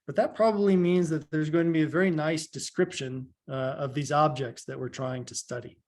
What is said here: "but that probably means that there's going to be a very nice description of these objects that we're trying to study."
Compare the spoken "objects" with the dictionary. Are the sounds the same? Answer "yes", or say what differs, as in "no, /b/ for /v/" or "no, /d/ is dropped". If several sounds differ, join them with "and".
yes